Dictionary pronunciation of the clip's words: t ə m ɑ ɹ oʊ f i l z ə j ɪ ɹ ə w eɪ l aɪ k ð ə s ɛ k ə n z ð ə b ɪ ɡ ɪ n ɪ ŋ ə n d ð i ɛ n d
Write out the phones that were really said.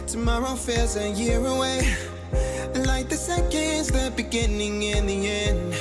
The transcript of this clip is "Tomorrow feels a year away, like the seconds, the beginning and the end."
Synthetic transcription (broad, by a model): t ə m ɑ ɹ oʊ f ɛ z ə j ɪ ɹ ə w eɪ l aɪ k ð ə s ɛ k ə n z ð ə b ɪ ɡ ɪ n ɪ ŋ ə n ð i ɛ n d